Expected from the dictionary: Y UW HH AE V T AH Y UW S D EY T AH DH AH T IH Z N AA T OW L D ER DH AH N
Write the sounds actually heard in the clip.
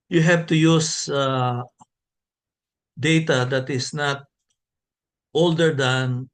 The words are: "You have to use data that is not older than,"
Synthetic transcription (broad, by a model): Y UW HH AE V T AH Y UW S D EY T AH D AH T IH S N AA T OW L D ER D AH N